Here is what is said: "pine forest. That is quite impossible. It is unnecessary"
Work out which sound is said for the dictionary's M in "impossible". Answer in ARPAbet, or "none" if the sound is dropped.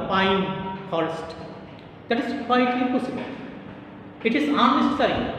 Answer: none